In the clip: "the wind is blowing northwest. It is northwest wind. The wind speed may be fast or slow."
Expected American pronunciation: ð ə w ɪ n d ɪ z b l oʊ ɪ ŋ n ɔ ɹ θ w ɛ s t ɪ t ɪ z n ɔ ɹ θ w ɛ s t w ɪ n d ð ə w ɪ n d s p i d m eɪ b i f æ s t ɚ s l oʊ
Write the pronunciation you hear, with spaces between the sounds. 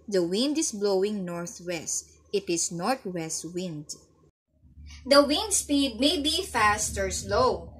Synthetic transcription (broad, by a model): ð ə w ɪ n d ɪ s b l oʊ ɪ ŋ n ɔ ɹ θ w ɛ s t ɪ t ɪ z n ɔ ɹ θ w ɛ s t w ɪ n d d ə w ɪ n d s p i d m eɪ b i f æ s t ɚ s l oʊ